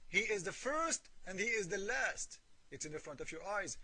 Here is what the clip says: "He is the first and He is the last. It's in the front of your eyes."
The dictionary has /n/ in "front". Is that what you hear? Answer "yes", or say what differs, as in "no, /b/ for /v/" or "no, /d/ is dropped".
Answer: yes